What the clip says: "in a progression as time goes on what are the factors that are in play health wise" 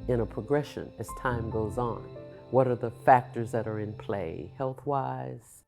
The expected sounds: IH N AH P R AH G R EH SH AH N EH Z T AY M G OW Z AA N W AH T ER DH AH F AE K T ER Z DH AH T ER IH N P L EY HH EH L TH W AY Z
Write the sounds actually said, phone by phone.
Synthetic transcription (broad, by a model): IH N AH P R AH G R EH SH AH N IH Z T AY M G OW Z N W AH T ER DH AH F AE K T ER Z DH AH T ER IH N P L EY HH EH L TH W AY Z